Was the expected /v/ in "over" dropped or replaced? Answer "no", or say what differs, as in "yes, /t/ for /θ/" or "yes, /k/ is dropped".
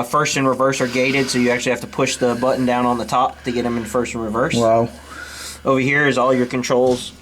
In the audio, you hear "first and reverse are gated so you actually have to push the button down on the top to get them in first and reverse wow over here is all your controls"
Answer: no